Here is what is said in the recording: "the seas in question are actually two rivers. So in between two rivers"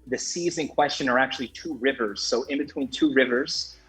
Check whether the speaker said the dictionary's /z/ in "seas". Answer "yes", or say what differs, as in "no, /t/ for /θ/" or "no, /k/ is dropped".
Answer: yes